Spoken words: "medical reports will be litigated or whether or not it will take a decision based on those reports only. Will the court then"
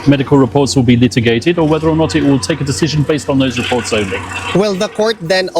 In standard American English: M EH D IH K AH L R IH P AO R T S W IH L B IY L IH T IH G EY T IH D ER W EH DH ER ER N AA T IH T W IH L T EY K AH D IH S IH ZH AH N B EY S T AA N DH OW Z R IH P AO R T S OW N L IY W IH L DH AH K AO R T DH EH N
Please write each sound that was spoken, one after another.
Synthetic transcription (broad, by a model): M EH D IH K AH L R IH P AO R T S W IH L B IY L IH T IH G EY T IH D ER W EH DH ER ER N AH T IH T W IH L T EY K AH D IH S IH ZH AH N B EY S T N DH OW Z R IH P AO R T S OW N L IY W IH L DH AH K AO R T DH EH N